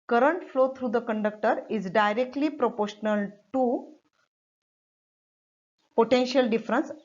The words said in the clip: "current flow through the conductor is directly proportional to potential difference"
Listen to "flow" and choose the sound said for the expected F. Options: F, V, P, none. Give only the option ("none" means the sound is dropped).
F